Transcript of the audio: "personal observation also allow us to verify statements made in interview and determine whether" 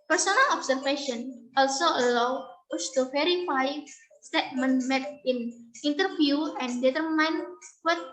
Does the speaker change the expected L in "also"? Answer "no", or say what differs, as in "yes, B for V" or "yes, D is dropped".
no